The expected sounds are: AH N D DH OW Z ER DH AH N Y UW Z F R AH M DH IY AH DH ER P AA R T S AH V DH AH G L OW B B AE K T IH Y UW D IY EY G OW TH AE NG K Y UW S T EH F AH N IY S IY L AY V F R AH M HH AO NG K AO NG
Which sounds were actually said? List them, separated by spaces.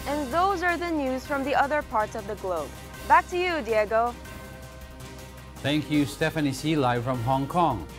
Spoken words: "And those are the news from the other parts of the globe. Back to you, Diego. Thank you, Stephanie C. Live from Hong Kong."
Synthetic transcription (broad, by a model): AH N DH OW Z ER DH AH N Y UW Z F R AH M DH IY AH DH ER P AA R T S AH V DH AH G L OW B B AE K T IH Y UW D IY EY G OW TH AE NG K Y UW S T EH F AH N IY S IY L AY F R AH M HH AO NG K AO NG